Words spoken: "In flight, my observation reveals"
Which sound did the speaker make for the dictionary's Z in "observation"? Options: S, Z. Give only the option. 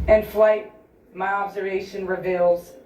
Z